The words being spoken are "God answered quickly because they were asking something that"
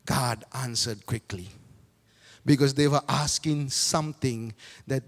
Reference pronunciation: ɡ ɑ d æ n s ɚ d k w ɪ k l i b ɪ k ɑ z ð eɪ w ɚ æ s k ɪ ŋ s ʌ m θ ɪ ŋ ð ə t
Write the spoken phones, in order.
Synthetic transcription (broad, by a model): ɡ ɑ d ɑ n s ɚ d k w ɪ k l i b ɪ k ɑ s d eɪ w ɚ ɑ s k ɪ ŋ s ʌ m t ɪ ŋ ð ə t